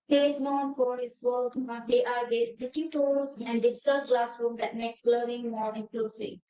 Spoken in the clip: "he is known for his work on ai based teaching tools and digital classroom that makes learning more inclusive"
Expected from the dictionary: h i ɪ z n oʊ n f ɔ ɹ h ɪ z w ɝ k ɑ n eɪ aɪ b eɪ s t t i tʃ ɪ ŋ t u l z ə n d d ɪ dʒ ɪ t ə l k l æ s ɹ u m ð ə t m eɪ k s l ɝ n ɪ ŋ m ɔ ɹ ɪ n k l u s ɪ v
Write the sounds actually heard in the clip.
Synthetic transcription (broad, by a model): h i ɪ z n oʊ n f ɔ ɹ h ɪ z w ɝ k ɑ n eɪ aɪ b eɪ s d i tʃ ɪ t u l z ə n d d ɪ dʒ ɪ t ə l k l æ s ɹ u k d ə t m eɪ k s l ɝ ɪ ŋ m ɔ ɹ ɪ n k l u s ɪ